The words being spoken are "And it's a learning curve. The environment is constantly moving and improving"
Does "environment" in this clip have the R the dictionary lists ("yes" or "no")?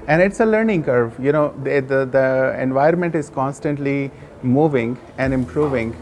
no